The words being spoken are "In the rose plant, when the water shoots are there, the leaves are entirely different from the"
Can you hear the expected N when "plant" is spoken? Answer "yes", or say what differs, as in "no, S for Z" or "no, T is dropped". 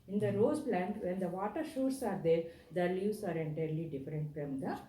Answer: yes